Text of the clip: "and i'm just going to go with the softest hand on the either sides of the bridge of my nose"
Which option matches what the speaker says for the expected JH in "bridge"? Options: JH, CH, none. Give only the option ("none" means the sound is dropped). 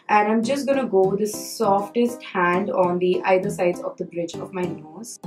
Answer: JH